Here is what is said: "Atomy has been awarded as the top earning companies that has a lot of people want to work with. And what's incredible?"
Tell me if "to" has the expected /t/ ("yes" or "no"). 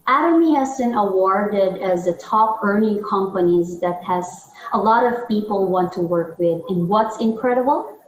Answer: yes